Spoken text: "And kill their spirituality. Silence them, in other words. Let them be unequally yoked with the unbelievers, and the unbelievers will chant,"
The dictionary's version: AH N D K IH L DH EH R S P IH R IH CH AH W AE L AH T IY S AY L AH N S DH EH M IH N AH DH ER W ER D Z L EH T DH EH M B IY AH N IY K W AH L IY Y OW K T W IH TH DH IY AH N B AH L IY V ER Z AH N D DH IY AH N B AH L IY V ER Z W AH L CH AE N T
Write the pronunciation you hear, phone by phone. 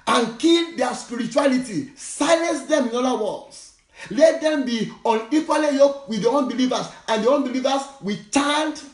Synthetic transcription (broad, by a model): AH N K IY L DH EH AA S P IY R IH CH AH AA L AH T IY S AY L AH N S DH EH M IH N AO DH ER W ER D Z L EH T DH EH M B IY AH N IY K W AH L IY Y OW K W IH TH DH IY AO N B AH L IY V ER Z AH N D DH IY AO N B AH L IY V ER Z W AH CH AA N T